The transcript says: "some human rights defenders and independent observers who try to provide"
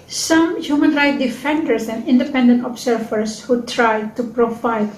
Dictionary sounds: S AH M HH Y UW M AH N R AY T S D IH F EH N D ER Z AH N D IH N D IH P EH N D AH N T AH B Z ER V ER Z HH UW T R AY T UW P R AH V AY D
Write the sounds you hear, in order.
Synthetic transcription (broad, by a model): S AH M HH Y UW M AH N R AY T D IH F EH N D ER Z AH N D IH N D IH P EH N D AH N T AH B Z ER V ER S HH UW T R AY T UW P R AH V AY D